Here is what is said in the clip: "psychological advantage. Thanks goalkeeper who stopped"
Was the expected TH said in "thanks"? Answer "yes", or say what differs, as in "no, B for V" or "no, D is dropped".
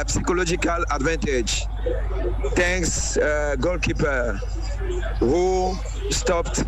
no, T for TH